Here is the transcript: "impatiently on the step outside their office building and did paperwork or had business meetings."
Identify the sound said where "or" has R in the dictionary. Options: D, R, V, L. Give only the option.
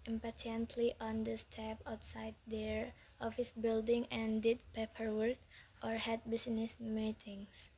R